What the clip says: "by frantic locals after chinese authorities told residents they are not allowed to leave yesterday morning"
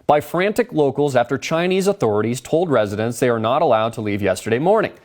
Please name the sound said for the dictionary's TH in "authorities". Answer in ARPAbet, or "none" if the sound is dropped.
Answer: TH